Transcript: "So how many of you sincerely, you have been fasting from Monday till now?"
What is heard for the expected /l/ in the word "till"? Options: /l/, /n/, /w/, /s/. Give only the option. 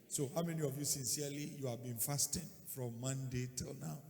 /l/